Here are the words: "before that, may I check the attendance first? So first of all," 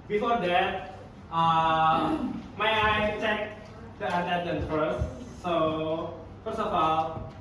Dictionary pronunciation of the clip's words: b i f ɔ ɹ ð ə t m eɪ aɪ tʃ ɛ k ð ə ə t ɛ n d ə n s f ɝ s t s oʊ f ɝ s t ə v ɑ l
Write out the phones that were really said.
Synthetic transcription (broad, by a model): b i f ɔ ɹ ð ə t m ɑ aɪ tʃ ɛ k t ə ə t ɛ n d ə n f ɝ s t s oʊ f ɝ s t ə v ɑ l